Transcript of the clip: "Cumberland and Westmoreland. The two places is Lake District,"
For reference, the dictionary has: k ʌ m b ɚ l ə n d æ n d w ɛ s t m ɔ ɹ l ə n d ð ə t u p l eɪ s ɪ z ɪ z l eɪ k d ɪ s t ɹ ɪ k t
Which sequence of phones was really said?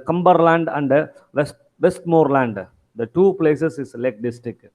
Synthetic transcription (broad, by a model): k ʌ m b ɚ l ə n d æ n d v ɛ s t m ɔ ɹ l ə n d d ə t u p l eɪ s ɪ s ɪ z l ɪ k d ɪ s t ɹ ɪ k